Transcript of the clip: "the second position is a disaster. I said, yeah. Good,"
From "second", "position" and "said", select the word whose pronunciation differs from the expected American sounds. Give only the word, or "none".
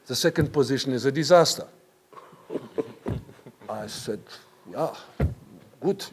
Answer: none